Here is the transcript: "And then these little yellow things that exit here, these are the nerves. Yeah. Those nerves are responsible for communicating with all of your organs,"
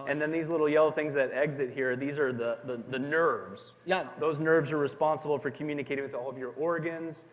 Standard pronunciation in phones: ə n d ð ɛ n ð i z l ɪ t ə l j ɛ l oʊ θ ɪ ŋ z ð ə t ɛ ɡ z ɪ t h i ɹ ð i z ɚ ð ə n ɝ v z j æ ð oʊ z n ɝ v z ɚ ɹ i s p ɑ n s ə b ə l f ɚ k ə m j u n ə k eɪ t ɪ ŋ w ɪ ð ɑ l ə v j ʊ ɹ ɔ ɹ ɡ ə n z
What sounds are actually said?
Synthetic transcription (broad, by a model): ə n ð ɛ n ð i z l ɪ t l j ɛ l oʊ θ ɪ ŋ z ð ə t ɛ ɡ z ɪ t h i ɹ ð i z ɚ ð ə n ɝ v z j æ ð oʊ z n ɝ v z ɚ ɹ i s p ɑ n s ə b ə l f ɚ k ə m j u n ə k eɪ t ɪ ŋ w ɪ ð ɑ l ə v j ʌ ɹ ɔ ɹ ɡ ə n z